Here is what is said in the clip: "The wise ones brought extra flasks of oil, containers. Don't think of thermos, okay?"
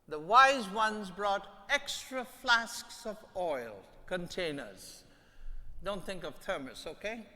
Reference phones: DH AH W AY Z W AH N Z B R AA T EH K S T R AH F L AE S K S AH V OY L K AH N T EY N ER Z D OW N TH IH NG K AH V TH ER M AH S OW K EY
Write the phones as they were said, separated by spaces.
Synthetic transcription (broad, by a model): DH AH W AY Z W AH N Z B R AA T EH K S T R AH F L AE S K S AH V OY L K AH N T EY N ER Z D OW N TH IH NG K AH V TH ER M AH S OW K EY